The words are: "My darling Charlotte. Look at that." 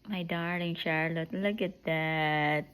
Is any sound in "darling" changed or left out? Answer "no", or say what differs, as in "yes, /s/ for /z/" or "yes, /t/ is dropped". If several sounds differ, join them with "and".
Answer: yes, /l/ is dropped